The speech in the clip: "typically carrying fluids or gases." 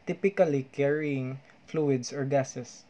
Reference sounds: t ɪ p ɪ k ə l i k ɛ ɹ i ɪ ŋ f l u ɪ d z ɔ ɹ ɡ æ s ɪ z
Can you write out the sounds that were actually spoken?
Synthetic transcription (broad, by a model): t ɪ p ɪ k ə l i k ɛ ɹ i ɪ ŋ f l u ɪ d s ɔ ɹ ɡ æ s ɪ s